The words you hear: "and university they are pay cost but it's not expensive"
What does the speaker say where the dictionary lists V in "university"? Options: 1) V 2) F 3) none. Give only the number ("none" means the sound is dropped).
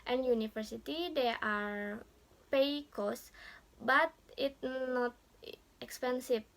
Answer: 2